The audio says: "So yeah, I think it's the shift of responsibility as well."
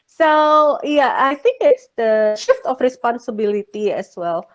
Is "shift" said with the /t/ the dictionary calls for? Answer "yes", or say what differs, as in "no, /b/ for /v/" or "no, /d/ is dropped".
yes